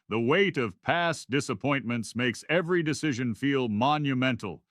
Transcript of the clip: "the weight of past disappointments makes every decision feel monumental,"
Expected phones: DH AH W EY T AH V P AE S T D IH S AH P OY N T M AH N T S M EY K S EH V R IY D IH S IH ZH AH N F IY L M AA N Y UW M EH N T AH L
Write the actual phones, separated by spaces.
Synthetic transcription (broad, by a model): DH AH W EY T AH V P AE S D IH S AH P OY N M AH N T S M EY K S EH V R IY D IH S IH ZH AH N F IY L M AA N Y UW M EH N T L